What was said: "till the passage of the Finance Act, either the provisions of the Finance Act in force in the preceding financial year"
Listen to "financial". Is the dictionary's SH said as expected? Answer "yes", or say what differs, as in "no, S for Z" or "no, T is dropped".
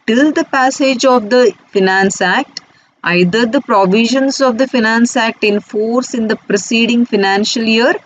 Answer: yes